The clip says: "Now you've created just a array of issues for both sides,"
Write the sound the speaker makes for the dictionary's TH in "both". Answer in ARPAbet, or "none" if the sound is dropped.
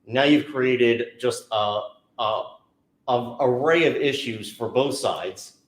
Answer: TH